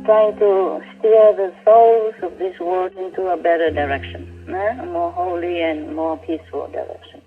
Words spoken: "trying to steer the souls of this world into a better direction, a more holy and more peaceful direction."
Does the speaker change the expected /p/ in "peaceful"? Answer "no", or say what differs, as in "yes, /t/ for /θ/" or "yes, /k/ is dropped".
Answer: no